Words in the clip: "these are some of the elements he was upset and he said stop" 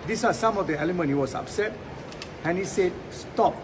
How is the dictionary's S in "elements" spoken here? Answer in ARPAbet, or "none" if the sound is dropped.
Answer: none